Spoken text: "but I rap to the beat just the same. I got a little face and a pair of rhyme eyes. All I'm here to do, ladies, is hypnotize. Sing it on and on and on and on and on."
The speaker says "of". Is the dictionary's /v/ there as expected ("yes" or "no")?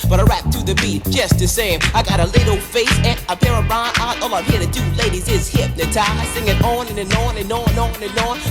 no